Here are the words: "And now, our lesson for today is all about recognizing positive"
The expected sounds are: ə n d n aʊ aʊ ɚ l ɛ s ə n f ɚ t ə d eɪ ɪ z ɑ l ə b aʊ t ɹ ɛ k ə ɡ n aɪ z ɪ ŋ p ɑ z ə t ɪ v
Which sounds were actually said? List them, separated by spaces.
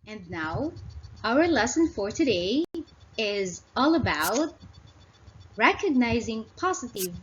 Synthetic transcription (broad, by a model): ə n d n aʊ aʊ ɚ l ɛ s ə n f ɚ t ə d eɪ ɪ z ɑ l ə b aʊ t ɹ ɛ k ə ɡ n aɪ z ɪ ŋ p ɑ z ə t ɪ v